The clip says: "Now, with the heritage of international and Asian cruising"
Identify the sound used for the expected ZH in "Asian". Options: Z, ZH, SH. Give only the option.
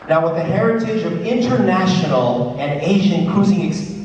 ZH